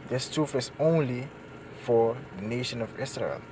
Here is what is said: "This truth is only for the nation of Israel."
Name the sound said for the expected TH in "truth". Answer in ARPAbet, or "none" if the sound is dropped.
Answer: F